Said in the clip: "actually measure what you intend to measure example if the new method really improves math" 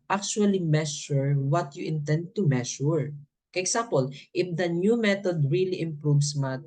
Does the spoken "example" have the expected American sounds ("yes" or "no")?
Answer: no